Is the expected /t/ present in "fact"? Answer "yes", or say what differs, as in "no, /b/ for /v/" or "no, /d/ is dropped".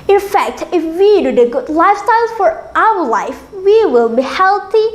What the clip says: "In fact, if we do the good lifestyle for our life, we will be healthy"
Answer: yes